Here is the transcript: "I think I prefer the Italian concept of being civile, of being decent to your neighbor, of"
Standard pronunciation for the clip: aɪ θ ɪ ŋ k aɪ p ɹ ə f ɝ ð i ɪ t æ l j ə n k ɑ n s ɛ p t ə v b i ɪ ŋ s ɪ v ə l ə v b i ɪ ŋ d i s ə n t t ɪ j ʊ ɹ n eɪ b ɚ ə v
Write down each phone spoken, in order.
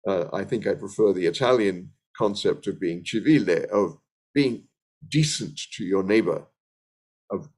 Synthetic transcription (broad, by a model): aɪ θ ɪ ŋ k aɪ p ɹ ə f ɝ ð i ɪ t æ l j ə n k ɑ n s ɛ p t ə v b i ɪ ŋ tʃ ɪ v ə l ə v b i ɪ ŋ d i s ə n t t ɪ j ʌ ɹ n eɪ b ɚ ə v